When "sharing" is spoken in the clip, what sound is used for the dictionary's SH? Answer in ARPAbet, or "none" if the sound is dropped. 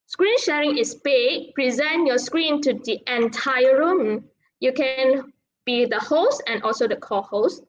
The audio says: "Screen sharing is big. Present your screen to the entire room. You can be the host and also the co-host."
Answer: SH